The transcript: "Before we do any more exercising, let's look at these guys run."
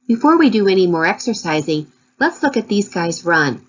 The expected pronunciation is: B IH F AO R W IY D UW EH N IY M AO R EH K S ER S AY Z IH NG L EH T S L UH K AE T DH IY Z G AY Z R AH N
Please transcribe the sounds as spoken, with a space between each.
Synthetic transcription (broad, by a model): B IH F AO R W IY D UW EH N IY M AO R EH K S ER S AY Z IH NG L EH T S L UH K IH T DH IY Z G AY Z R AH N